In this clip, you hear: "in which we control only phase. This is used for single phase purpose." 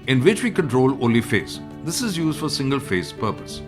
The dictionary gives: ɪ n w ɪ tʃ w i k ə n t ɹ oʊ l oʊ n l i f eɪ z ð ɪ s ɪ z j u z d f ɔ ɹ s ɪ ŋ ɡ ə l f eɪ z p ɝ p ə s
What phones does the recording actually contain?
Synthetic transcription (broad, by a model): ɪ n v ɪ tʃ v i k ə n t ɹ oʊ l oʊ l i f eɪ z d ɪ s ɪ z j u z d f ɔ ɹ s ɪ ŋ ɡ ə l f eɪ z p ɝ p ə s